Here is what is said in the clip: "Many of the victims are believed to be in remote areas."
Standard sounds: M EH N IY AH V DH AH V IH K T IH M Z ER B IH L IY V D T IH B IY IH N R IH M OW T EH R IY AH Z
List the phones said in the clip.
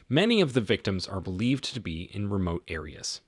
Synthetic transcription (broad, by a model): M EH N IY AH V DH AH V IH K T IH M Z ER B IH L IY V T IH B IY IH N R IH M OW T EH R IY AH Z